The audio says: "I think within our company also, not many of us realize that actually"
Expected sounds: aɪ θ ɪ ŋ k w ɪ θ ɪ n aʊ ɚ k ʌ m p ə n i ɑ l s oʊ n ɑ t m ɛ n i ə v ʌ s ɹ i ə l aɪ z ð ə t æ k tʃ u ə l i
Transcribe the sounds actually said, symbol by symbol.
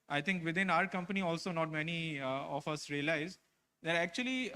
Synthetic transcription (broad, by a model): aɪ t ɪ ŋ k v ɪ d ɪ n aʊ ɚ k ʌ m p ə n i ɑ l s oʊ n ɑ t m ɛ n i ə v ʌ s ɹ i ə l aɪ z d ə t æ k tʃ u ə l i